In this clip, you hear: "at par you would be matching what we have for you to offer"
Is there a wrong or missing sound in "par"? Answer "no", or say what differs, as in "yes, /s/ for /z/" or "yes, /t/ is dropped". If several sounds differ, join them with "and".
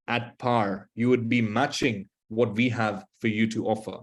no